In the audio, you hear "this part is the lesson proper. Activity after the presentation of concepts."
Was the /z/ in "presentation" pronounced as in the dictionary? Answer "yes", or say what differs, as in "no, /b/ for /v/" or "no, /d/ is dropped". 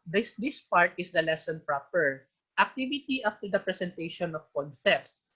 no, /s/ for /z/